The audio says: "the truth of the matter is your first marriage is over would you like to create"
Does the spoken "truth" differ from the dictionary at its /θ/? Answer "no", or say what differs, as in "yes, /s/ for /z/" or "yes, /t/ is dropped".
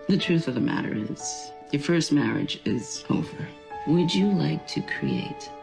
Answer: no